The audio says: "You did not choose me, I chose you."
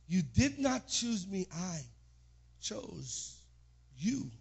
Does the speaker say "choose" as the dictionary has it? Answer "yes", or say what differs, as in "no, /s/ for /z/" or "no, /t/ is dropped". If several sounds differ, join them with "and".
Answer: yes